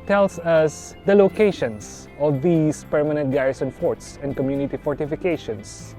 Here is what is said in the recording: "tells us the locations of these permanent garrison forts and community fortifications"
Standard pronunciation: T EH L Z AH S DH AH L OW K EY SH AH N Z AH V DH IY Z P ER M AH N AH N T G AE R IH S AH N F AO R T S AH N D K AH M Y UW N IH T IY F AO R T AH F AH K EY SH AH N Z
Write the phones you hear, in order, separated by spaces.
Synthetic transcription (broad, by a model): T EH L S AH S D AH L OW K EY SH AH N S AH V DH IY S P ER M AH N AH N T G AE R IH S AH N F AO R T S AH N D K AH M Y UW N IH T IY F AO R T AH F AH K EY SH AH N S